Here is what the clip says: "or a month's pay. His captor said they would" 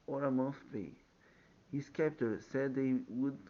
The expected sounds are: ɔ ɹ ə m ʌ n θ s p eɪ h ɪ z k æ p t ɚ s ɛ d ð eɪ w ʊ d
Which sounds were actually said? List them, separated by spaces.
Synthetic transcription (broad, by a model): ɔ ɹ ə m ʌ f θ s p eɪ h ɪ s k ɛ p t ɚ s ɛ d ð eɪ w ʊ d